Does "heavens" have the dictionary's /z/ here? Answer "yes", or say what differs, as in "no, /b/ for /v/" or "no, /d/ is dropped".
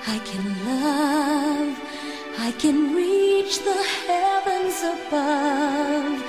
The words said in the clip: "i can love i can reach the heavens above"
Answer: yes